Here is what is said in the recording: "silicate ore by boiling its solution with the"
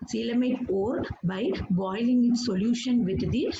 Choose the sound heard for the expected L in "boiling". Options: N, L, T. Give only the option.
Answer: L